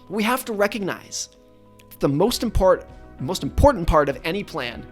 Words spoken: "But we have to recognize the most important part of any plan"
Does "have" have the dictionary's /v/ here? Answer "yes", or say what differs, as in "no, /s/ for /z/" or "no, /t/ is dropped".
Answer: no, /f/ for /v/